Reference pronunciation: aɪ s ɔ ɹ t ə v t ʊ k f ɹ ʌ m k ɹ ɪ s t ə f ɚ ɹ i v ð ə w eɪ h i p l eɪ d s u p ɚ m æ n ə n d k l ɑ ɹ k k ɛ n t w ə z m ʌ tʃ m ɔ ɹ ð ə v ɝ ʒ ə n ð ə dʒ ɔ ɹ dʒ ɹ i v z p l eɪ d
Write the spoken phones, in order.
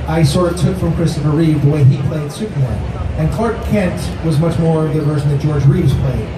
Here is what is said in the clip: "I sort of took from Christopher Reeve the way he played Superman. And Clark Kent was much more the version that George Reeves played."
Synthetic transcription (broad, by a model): aɪ s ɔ ɹ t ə t ʊ k f ɹ ʌ m k ɹ ɪ s t ə f ɚ ɹ i v ð ə w eɪ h i p l eɪ d s u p ɚ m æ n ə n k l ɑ ɹ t k ɛ n t w ə z m ʌ tʃ m ɔ ɹ ð ə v ɝ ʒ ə n ð ə dʒ ɔ ɹ dʒ ɹ i v z p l eɪ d